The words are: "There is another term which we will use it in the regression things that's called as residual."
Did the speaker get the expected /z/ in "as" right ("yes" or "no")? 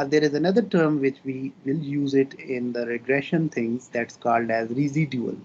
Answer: yes